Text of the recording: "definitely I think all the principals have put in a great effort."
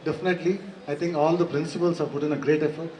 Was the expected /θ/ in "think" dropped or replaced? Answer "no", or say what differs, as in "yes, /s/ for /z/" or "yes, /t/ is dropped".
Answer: yes, /t/ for /θ/